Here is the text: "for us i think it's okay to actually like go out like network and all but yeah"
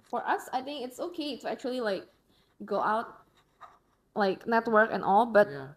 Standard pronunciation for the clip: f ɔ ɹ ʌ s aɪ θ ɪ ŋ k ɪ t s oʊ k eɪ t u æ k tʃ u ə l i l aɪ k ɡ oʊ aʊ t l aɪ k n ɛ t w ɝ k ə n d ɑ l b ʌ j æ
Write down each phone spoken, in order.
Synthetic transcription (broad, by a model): f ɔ ɹ ʌ s aɪ θ ɪ ŋ k ɪ t s oʊ k eɪ t u æ k tʃ u ə l i l aɪ k ɡ oʊ aʊ t l aɪ k n ɛ t w ɝ k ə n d ɑ l b ʌ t